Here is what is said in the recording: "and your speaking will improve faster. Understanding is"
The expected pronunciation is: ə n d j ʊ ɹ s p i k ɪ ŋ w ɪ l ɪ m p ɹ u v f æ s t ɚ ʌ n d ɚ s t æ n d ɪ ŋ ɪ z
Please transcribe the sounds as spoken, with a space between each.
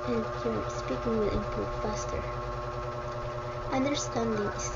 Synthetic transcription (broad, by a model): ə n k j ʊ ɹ s p i k ɪ ŋ w ɪ l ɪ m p u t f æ s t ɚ ʌ n d ɚ s t æ n d ɪ ŋ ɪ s